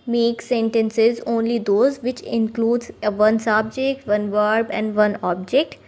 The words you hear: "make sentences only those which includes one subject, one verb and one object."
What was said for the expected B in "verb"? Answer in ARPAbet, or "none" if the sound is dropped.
B